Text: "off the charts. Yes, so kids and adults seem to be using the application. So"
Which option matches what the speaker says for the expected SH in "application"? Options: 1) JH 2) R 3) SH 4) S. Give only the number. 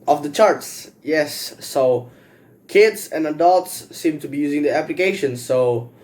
3